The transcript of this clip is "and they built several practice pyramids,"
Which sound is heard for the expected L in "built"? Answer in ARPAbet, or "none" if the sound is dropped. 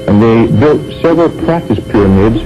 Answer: L